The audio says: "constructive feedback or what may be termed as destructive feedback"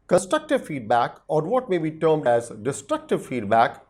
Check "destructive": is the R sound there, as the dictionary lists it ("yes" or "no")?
yes